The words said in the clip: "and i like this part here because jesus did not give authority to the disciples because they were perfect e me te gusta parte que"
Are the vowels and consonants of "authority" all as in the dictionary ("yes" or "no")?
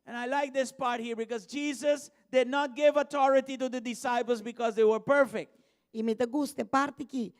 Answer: no